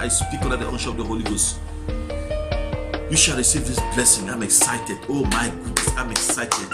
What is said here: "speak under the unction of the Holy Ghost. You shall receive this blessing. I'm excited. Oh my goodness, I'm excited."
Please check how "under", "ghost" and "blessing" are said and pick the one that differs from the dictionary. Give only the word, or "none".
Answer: under